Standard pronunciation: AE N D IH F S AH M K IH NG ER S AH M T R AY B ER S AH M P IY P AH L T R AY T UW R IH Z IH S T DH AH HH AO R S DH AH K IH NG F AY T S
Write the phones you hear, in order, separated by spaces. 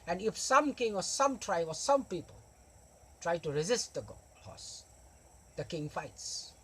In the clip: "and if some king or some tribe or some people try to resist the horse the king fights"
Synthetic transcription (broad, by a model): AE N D IH F S AH M K IH NG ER S AH M T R AY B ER S AH M P IY P AH L T R AY T UW R IH Z IH S T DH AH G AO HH S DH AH K IH NG F AY T S